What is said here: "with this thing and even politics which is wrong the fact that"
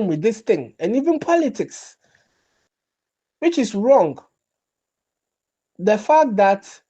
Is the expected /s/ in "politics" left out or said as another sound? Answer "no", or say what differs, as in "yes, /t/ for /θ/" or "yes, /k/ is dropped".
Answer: no